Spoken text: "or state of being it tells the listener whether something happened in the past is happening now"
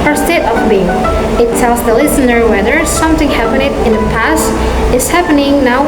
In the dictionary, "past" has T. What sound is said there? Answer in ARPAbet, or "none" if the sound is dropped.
T